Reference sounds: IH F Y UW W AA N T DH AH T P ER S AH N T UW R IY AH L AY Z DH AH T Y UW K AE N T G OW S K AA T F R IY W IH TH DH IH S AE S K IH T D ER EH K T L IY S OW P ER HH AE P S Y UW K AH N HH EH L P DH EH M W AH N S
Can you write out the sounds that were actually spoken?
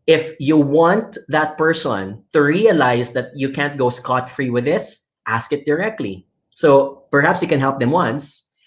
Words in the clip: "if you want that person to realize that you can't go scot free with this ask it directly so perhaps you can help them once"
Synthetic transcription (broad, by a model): IH F Y UW W AA N T DH AH T P ER S AH N T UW R IY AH L AY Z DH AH T Y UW K AE N T G OW S K AA T F R IY W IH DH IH S AE S K IH T D ER EH K T L IY S OW P ER HH AE P S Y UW K AH N HH EH L P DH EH M W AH N S